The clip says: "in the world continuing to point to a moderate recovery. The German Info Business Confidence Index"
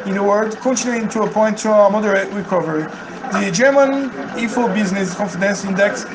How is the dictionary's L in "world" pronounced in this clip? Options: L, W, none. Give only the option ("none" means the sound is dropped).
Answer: none